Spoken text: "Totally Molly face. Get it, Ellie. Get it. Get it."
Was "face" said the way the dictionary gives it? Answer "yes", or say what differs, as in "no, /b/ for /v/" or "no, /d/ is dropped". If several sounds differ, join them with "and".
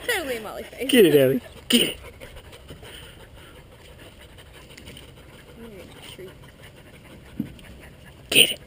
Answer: no, /s/ is dropped